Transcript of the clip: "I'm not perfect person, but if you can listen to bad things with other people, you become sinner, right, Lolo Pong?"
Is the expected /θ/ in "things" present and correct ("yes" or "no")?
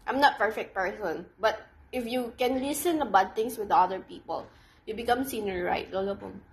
no